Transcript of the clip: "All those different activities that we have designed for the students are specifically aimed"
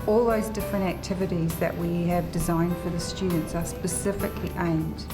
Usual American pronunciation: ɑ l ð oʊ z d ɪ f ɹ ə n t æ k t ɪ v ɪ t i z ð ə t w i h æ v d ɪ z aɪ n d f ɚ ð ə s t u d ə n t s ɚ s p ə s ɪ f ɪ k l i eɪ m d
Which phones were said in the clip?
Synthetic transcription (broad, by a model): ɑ l ð oʊ z d ɪ f ɹ ə n t æ k t ɪ v ɪ t i z ð ə t w i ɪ v d ɪ z aɪ n d f ɚ ð ə s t u d n t s ɚ s p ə s ɪ f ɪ k l i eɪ m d